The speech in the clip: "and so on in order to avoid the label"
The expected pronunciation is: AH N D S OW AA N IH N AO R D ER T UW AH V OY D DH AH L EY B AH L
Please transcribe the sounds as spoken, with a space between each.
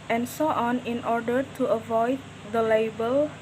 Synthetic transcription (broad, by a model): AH N S OW AA N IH N AO R D ER T UW AH V OY D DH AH L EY B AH L